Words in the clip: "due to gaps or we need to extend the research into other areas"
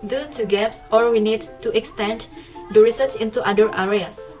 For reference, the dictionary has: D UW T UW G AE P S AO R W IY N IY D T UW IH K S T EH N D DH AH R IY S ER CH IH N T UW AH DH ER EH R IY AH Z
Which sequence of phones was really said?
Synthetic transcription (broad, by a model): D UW T UW G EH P S AO R W IY N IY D T UW IH K S T EH N D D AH R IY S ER S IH N T UW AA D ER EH R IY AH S